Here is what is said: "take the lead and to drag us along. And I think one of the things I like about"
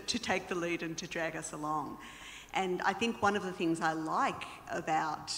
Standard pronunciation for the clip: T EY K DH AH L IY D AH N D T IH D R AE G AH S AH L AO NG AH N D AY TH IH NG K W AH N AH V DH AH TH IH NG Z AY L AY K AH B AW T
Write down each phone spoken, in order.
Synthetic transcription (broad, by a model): T EY K DH AH L IY D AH N T IH D R AE G AH S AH L AO NG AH N AY TH IH NG K W AH N AH V DH AH TH IH NG Z AY L AY K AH B AW T